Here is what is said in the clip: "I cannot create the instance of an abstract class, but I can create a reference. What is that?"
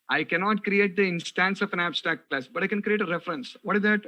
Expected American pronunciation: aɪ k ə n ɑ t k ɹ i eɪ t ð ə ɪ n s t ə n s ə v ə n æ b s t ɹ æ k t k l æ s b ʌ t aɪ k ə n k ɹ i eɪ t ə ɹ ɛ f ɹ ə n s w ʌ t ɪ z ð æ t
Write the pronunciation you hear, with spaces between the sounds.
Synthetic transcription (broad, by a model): aɪ k ə n ɑ t k ɹ i eɪ t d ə ɪ n s t ə n s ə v ə n æ b s t ɹ æ k t k l æ s b ʌ t aɪ k ə n k ɹ i eɪ t ə ɹ ɛ f ɹ ə n s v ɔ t ɪ z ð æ t